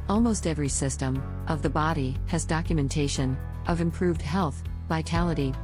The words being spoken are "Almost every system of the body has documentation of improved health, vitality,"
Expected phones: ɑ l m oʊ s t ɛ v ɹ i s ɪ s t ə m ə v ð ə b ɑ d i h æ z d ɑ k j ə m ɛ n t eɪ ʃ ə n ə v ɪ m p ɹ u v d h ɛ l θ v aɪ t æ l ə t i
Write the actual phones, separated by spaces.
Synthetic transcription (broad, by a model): ɑ l m oʊ s t ɛ v ɹ i s ɪ s t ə m ə v ð ə b ɑ d i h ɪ z d ɑ k j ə m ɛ n t eɪ ʃ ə n ə v ɪ m p ɹ u v d h ɛ l θ v aɪ t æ l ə t i